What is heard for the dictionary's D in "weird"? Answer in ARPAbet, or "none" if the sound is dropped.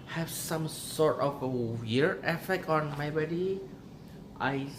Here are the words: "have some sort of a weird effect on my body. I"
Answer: none